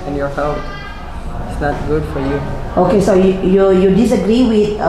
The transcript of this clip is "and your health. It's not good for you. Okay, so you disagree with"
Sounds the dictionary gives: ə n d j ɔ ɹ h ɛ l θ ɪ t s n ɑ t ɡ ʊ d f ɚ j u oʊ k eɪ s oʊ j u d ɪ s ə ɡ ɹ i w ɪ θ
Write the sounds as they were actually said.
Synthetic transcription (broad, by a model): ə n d j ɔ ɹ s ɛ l f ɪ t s n ɑ t ɡ ʊ d f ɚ j u oʊ k eɪ s oʊ j u d ɪ s ə ɡ ɹ i w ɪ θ